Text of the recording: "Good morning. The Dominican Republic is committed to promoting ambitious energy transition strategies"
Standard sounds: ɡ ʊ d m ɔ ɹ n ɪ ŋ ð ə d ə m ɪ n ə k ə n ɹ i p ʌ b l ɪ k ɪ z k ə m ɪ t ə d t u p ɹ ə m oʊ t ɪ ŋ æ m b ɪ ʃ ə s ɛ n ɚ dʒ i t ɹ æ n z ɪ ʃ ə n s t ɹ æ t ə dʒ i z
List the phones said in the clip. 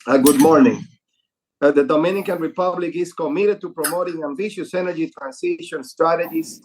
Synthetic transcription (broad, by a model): ɡ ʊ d m ɔ ɹ n ɪ ŋ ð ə d ə m ɪ n ə k ə n ɹ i p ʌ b l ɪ k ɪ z k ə m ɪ t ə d t u p ɹ ə m oʊ t ɪ ŋ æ m b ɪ ʃ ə s ɛ n ɚ dʒ i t ɹ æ n s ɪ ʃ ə n s t ɹ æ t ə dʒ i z